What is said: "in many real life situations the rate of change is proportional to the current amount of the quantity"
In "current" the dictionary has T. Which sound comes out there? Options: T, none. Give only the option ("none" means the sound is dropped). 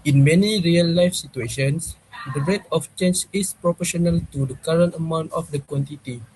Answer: T